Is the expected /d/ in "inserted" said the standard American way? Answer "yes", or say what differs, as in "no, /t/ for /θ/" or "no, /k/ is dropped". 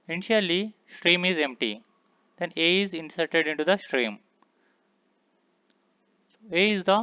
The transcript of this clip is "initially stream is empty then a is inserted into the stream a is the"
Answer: yes